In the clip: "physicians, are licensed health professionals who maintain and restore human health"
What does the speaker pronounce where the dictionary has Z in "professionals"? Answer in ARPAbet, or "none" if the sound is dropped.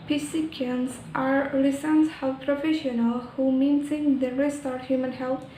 none